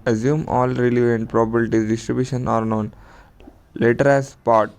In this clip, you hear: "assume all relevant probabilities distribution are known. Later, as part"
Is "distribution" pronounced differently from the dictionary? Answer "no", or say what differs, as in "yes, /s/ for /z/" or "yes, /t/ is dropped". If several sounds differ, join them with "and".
no